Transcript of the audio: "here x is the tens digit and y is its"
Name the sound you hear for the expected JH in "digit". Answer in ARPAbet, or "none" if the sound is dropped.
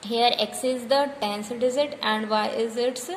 Z